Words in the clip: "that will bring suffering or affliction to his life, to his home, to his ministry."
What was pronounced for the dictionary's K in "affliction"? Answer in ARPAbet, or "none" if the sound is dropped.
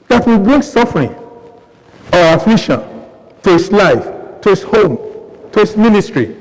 none